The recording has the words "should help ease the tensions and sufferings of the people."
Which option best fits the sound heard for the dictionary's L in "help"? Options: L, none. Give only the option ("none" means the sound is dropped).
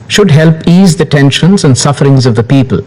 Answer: L